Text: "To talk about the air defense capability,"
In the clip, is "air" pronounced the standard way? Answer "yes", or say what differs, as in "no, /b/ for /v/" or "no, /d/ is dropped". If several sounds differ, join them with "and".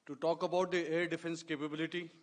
yes